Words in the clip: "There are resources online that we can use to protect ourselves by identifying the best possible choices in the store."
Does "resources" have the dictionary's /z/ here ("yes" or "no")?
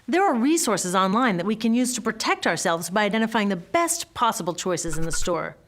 yes